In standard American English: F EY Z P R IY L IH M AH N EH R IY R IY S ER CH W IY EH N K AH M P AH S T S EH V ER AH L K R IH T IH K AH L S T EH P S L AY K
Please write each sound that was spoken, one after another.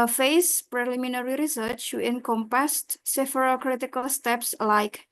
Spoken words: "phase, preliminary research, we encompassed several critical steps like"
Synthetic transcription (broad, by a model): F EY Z P R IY L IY M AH N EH R IY R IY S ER CH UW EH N K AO M P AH S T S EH F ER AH K R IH T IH K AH L S T EH P S L AY K